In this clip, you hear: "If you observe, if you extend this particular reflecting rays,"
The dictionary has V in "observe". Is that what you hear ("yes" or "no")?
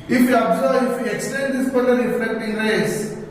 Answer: no